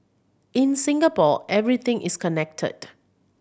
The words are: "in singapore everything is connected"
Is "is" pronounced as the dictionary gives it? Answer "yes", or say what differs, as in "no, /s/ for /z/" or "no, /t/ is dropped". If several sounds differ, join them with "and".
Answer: no, /s/ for /z/